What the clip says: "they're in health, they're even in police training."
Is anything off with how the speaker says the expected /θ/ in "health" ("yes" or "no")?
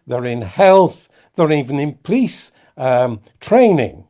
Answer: no